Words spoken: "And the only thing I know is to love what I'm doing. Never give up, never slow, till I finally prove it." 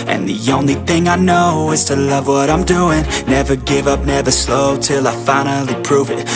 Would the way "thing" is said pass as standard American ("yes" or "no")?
yes